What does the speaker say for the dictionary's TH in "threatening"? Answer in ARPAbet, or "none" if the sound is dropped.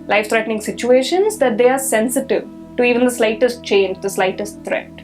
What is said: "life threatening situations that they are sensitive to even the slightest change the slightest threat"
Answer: T